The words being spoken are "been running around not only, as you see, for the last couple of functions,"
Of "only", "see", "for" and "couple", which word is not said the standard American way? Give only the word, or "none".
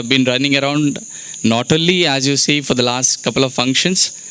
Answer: only